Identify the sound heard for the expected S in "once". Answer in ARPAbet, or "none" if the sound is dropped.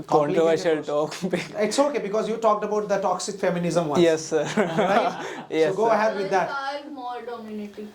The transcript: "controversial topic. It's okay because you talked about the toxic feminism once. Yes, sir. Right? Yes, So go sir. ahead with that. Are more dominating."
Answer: none